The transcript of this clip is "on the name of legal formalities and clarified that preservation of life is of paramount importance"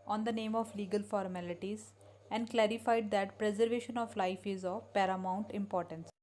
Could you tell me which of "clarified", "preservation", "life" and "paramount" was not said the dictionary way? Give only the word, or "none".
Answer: none